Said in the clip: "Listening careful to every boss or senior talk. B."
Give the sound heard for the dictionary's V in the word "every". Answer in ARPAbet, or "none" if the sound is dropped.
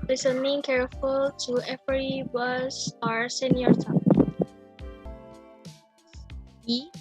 F